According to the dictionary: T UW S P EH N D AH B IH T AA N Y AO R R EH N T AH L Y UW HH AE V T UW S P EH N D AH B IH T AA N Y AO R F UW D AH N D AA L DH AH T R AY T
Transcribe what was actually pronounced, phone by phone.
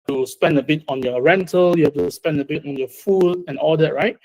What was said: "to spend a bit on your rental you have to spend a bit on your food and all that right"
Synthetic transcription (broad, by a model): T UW S P EH N D AH B IH T AA N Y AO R R EH N T AH L Y UW HH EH F T UW S P EH N D AH B IH T AA N Y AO F UW D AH N AA L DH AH T R AY T